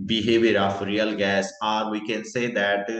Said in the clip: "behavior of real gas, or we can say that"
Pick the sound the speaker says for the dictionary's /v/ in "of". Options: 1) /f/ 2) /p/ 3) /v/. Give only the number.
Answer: 1